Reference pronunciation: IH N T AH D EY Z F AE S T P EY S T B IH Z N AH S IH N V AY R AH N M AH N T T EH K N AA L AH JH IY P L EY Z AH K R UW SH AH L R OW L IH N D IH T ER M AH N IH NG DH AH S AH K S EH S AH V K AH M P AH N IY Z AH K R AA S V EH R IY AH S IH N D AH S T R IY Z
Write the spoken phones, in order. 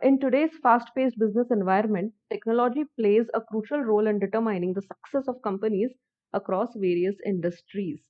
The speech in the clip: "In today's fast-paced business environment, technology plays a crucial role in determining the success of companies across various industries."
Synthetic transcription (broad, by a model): IH N T AH D EY Z F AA S T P EY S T B IH Z N AH S IH N V AY R AH N M AH N T T EH K N AA L AH JH IY P L EY Z AH K R UW SH AH L R OW L IH N D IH T ER M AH N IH NG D AH S AH K S EH S AH V K AH M P AH N IY Z AH K R AA S V EH R IY AH S IH N D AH S T R IY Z